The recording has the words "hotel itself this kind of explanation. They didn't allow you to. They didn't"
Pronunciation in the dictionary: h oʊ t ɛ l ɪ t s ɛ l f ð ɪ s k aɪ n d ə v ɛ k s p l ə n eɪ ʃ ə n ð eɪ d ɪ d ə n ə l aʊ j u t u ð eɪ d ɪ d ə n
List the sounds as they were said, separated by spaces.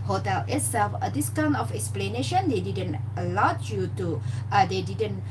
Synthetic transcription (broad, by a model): h oʊ t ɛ l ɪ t s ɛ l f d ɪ s k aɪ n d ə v ɛ k s p l ə n eɪ ʃ ə n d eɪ d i d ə n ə l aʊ j u t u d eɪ d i d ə n